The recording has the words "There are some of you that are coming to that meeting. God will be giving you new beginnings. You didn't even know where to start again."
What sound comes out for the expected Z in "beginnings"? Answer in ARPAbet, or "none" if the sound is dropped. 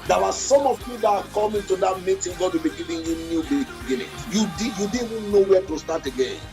none